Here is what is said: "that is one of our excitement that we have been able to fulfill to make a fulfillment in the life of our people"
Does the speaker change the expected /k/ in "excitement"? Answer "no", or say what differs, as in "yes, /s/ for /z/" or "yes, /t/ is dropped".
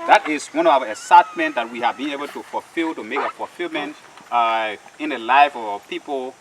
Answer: yes, /k/ is dropped